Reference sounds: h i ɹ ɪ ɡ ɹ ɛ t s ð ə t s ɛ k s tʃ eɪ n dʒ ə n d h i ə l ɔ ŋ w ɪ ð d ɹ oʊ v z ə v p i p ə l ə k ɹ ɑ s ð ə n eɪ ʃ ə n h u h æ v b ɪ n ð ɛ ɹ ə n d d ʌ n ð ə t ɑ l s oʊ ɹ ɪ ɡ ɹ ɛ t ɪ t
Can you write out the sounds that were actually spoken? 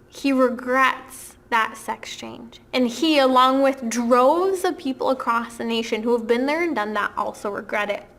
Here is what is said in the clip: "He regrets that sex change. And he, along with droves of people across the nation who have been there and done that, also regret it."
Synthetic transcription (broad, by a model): h i ɹ ɪ ɡ ɹ ɛ t s ð ə t s ɛ k s tʃ eɪ n dʒ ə n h i ə l ɔ ŋ w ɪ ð d ɹ oʊ v z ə p i p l ə k ɹ ɑ s ð ə n eɪ ʃ ə n h u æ v b ɪ n ð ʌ ɹ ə n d d ʌ n ð ə t ɑ l s oʊ ɹ ɪ ɡ ɹ ɛ t ɪ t